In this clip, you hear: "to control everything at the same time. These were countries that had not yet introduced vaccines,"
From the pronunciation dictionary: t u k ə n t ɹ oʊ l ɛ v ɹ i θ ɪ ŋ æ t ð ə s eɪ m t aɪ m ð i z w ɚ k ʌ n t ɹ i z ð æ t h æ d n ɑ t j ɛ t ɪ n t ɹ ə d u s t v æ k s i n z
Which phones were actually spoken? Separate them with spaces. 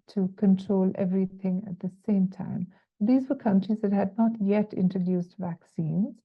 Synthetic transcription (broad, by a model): t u k ə n t ɹ oʊ l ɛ v ɹ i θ ɪ ŋ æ t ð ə s eɪ m t aɪ m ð i z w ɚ k ʌ n t ɹ i z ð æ t h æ d n ɑ t j ɛ t ɪ n t ɹ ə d u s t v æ k s i n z